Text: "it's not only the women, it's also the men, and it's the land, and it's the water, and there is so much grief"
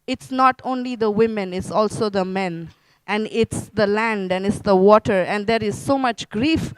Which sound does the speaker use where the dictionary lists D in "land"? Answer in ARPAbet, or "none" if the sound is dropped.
D